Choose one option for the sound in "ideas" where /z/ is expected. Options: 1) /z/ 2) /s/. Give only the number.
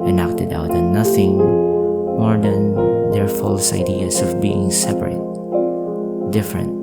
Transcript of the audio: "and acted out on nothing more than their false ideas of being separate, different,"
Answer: 2